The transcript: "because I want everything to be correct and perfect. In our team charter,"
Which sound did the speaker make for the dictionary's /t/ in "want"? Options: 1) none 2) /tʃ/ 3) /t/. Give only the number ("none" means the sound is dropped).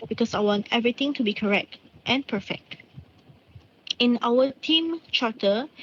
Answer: 3